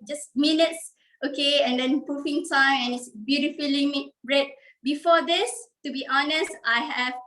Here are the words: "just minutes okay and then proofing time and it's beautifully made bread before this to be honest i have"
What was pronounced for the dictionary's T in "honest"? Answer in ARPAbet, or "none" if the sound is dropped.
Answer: T